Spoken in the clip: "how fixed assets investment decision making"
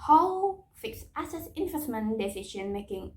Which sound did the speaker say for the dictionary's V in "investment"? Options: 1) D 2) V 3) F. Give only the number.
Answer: 3